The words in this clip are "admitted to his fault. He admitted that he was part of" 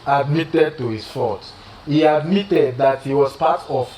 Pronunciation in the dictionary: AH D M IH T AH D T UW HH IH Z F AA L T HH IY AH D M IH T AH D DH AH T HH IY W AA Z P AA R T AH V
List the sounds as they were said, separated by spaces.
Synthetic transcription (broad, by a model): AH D M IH T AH D T UW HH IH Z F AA T HH IY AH D M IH T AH D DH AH T HH IY W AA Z P AA T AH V